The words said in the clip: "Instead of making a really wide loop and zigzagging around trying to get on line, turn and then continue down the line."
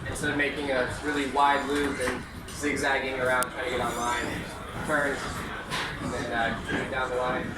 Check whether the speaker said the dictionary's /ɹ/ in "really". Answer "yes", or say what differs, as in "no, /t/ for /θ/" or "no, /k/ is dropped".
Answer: yes